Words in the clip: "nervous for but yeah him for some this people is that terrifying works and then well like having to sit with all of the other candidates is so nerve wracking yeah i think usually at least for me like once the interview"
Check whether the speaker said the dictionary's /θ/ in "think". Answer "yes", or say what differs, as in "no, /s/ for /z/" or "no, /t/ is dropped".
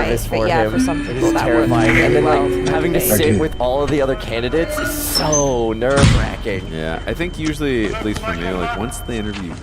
yes